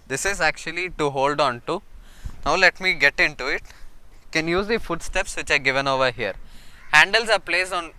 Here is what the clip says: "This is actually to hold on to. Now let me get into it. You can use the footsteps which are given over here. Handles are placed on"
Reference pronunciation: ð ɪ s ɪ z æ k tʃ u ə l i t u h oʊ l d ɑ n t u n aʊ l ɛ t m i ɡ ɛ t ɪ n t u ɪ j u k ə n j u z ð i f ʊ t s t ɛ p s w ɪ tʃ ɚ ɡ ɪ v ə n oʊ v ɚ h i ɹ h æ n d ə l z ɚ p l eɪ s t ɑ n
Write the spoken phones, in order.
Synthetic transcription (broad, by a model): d ɪ s ɪ z æ k tʃ u ə l i t u h oʊ l d ɑ n t u n aʊ l ɛ t m i ɡ ɛ t ɪ n t u ɪ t k ə n j u z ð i f ʊ t s t ɛ p s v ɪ tʃ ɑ ɡ ɪ v ə n oʊ v ɚ h i ɹ h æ n d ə l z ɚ p l eɪ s ɑ n